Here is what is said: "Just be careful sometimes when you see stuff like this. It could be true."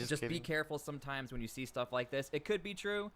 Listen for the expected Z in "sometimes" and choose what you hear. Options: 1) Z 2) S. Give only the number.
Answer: 1